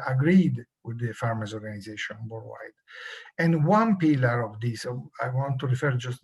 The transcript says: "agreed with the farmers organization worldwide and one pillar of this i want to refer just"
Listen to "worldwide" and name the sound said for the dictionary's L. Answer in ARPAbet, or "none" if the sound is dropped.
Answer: none